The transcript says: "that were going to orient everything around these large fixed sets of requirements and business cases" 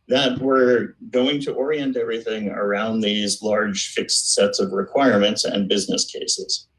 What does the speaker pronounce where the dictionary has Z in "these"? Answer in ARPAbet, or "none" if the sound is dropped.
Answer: Z